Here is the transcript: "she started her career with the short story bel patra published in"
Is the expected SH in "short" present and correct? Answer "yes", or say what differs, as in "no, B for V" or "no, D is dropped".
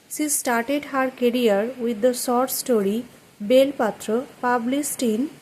no, S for SH